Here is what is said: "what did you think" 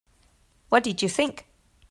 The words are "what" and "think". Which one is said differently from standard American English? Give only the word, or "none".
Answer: none